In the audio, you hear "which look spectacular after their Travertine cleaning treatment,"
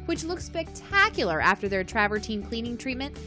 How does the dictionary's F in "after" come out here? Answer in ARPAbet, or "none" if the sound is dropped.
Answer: F